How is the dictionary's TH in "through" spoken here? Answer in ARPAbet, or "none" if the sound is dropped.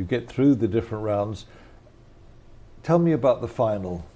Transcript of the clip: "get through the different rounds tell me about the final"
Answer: TH